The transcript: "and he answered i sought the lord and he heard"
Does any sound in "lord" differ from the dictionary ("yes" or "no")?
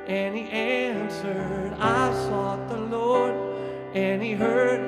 no